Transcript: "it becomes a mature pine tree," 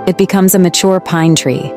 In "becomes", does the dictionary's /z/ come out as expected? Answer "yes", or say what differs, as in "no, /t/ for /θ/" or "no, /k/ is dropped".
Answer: yes